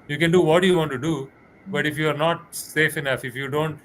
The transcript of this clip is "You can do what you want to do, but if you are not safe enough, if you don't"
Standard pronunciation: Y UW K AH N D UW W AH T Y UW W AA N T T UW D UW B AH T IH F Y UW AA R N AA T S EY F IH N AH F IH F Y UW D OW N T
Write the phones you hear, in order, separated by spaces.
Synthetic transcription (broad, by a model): Y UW K AH N D UW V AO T Y UW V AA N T T UW D UW B AH T IH F Y UW AA R N AA T S EY F IH N AH F IH F Y UW D OW N T